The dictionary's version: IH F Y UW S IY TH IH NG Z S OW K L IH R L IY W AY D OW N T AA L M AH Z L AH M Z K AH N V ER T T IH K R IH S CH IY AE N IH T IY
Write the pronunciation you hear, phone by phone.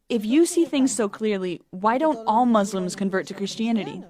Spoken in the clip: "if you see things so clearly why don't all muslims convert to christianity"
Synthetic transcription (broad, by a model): IH F Y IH S IY TH IH NG Z S OW K L IH R L IY W AY D OW N T AA L M AH Z L AH M Z K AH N V ER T T IH K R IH S CH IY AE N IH T IY